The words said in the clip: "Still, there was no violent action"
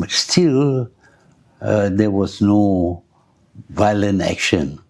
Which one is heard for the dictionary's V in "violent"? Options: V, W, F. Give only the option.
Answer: V